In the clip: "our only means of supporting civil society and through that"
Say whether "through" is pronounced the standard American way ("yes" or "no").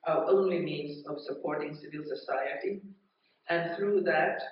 yes